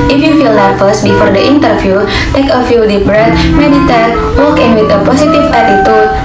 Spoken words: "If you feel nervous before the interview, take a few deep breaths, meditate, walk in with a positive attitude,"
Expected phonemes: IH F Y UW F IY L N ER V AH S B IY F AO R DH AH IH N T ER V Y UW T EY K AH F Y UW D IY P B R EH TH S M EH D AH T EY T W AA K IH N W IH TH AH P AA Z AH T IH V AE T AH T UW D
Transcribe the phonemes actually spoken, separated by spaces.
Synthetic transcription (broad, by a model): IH F Y UW F IY L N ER F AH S B IY F AO R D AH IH N T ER F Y UW T EY K AH F Y UW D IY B R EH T M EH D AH T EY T W AA K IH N W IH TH AH P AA S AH T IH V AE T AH T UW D